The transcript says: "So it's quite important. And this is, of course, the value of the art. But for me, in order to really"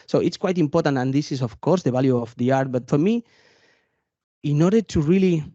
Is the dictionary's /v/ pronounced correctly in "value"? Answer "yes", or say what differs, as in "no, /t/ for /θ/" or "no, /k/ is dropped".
no, /b/ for /v/